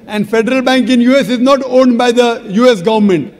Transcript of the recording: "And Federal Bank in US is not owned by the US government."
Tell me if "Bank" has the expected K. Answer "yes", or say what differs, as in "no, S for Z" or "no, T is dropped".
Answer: yes